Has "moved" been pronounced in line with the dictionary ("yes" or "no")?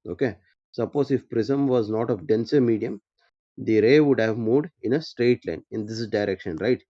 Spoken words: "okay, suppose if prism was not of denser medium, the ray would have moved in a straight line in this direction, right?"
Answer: no